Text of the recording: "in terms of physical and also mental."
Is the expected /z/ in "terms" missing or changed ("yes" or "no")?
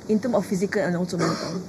yes